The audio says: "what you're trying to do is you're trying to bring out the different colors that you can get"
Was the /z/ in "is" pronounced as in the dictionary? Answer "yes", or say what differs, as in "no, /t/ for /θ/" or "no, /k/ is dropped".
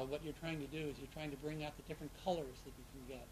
yes